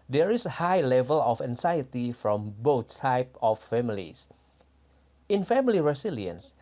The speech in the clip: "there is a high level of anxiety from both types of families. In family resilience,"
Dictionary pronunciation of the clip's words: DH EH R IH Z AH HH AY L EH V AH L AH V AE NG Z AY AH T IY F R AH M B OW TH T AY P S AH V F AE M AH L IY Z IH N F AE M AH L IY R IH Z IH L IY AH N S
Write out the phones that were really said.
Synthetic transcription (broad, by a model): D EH R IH S AH HH AY L EH V AH L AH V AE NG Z AY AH T IY F R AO M B OW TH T AY P AH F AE M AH L IY S IH N F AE M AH L IY R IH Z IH L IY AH N S